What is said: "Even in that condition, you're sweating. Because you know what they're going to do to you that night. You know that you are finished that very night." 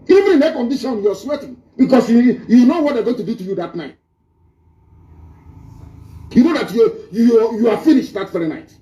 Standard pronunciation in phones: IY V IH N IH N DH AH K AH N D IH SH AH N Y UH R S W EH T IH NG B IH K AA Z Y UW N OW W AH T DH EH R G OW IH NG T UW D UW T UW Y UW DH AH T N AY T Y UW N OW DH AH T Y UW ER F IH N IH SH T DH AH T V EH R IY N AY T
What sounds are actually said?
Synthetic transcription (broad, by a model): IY V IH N IH N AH K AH N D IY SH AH N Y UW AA S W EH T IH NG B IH K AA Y Y UW N OW W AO T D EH G OW IH NG T UW D UW T UW Y UW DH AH T N AY T Y UW N OW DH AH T Y UW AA F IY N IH SH T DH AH T F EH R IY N AY T